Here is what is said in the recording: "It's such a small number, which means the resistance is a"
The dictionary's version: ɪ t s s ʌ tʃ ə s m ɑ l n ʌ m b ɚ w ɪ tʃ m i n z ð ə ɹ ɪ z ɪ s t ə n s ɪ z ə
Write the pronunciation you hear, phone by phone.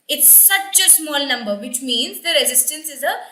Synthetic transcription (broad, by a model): ɪ t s s ʌ tʃ ə s m ɑ l n ʌ m b ɚ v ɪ tʃ m i n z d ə ɹ ɪ z ɪ s t ə n s ɪ z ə